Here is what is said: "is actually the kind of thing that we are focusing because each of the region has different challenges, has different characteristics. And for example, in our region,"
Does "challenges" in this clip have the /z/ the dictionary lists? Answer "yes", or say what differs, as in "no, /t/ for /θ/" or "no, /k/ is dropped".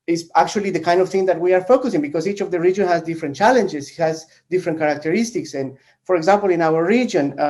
no, /s/ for /z/